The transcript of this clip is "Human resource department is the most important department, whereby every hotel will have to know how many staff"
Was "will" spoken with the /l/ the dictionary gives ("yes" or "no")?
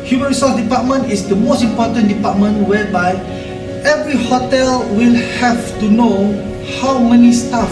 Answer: yes